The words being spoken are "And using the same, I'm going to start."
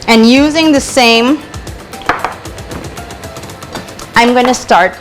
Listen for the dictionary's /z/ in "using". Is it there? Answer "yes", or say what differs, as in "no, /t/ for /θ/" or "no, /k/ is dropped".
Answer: yes